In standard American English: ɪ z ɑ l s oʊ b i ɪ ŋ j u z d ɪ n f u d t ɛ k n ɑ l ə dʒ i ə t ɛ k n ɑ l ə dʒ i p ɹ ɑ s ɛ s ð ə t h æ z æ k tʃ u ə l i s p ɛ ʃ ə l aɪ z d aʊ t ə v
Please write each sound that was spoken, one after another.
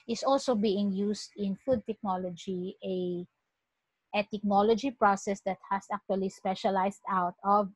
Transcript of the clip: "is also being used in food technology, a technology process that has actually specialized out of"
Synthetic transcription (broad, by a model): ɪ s ɑ l s oʊ b i ɪ ŋ j u s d ɪ n f u d t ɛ k n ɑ l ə dʒ i ə t ɛ k n ɑ l ə dʒ i p ɹ ɑ s ɛ s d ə t h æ s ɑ k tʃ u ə l i s p ɛ ʃ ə l aɪ s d aʊ t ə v